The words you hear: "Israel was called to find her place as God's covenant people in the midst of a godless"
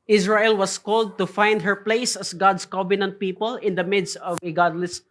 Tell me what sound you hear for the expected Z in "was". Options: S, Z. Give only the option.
S